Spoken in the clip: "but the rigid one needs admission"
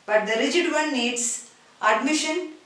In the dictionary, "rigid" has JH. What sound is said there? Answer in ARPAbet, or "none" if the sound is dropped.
JH